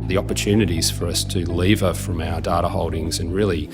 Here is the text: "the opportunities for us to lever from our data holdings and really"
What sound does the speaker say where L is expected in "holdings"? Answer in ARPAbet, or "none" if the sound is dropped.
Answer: L